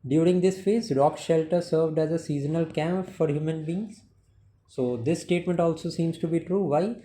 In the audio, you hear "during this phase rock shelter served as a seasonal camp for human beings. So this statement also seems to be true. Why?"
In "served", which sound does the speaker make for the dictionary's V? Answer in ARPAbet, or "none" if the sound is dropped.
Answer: V